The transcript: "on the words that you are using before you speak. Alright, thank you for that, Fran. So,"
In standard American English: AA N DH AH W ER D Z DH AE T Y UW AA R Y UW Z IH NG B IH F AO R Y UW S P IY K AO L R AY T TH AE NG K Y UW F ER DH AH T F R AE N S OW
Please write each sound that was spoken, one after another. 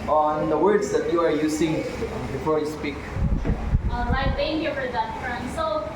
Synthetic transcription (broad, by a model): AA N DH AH W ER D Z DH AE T Y UW AA R Y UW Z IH NG B IH F AO R Y UW S P IY K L AY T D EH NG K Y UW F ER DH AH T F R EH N S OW